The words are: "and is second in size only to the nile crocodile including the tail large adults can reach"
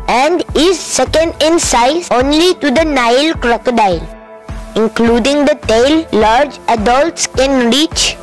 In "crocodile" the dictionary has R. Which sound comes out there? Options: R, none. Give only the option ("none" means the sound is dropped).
R